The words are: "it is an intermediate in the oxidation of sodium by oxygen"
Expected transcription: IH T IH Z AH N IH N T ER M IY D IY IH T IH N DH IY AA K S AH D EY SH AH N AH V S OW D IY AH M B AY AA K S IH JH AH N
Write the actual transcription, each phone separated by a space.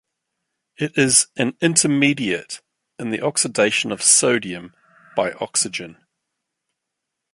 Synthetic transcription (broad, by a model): IH T IH Z AH N IH N T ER M IY D IY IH T IH N DH IY AA K S AH D EY SH AH N AH V S OW D IY AH M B AY AA K S IH JH AH N